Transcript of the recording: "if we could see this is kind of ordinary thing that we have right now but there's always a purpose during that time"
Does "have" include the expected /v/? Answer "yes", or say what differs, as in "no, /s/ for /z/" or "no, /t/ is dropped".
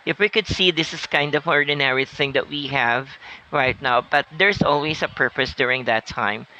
yes